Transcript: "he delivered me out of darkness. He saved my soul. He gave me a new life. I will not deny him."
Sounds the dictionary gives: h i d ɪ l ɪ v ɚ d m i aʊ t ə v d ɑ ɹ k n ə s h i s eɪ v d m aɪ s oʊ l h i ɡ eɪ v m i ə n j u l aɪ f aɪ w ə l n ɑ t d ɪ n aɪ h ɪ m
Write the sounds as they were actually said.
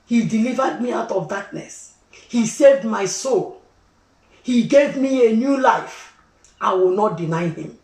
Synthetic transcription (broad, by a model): h i d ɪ l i v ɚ d m i aʊ t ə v d ɑ k n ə s h i s eɪ v d m aɪ s oʊ l h i ɡ eɪ v m i ə n j u l aɪ f aɪ w ə l n ɑ t d ɪ n aɪ h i m